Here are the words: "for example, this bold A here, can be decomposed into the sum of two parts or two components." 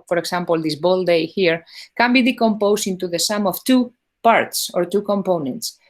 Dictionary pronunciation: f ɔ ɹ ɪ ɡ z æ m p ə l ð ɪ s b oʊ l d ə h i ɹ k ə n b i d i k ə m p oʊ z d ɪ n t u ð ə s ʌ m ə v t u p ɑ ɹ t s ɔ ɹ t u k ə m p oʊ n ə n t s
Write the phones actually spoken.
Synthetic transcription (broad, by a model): f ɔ ɹ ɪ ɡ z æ m p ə l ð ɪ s b oʊ l d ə h i ɹ k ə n b i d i k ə m p oʊ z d ɪ n t u ð ə s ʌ m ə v t u p ɑ ɹ t s ɔ ɹ t u k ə m p oʊ n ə n t s